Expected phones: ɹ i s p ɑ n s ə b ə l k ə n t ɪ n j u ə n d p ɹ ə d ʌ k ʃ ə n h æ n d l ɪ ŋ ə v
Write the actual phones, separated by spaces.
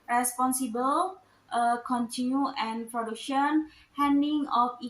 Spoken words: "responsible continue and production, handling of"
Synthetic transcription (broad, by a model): ɹ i s p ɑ n s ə b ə l k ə n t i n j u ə n p ɹ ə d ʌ k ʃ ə n h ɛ n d ɪ ŋ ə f